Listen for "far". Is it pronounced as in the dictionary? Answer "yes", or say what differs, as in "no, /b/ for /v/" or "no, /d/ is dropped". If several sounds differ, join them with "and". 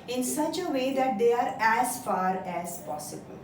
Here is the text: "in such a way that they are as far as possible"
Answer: yes